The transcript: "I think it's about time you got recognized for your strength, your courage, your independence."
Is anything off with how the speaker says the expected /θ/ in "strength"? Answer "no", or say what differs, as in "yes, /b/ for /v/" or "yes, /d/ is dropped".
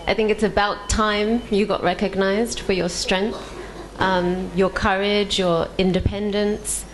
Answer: no